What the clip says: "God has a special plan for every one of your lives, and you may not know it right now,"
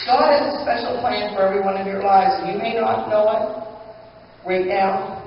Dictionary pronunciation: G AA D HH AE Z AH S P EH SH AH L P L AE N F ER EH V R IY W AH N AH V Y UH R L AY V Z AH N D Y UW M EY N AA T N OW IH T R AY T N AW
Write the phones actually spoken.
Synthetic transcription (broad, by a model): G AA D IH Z AH S P EH SH L P L AE N F ER EH V R IY W AH N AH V Y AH R L AY V Z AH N Y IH M EY N AA T N OW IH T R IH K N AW